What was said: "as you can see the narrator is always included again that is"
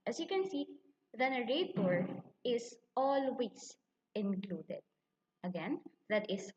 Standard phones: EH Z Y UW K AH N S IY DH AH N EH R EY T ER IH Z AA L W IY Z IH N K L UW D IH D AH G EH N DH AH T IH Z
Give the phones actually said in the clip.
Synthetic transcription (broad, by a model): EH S Y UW K AH N S IY DH AH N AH R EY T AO IH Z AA L W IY S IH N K L UW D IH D AH G EH N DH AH T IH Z